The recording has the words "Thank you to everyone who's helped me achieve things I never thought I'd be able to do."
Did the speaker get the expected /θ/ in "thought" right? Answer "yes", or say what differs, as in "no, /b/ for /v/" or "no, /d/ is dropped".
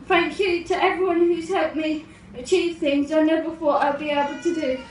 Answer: no, /f/ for /θ/